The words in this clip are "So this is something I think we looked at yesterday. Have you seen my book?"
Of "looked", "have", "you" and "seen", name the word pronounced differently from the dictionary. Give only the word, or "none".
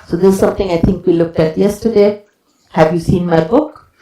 none